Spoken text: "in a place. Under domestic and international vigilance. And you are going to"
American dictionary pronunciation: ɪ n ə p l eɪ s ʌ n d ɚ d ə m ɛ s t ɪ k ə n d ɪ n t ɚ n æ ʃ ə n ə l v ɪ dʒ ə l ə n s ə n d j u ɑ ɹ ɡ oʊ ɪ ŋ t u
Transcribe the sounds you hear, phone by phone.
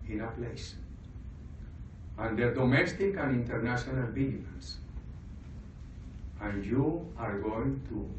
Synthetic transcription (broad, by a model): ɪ n ə p l eɪ s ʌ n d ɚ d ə m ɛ s t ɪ k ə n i n t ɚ n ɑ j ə n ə l b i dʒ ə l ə n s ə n j u ɑ ɹ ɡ oʊ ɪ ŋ t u